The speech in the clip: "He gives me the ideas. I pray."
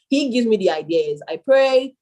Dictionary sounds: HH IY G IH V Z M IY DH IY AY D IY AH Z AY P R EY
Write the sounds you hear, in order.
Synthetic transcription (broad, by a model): HH IY G IH V Z M IY DH IY AY D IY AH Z AY P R EY